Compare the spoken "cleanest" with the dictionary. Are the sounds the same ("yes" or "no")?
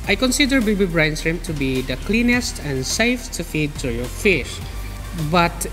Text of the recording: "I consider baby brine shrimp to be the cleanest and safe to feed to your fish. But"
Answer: yes